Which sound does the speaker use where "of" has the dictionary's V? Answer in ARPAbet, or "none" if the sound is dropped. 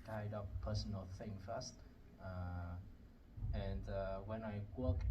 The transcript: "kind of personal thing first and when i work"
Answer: P